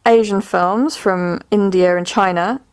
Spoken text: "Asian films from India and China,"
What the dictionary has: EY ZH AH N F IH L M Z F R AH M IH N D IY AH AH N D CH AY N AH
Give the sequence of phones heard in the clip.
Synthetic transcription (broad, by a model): EY ZH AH N F IH L M Z F R AH M IH N D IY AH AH N CH AY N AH